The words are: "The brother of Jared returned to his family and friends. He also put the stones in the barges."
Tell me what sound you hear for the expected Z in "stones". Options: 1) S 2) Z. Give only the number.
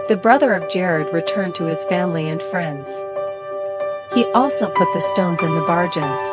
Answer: 2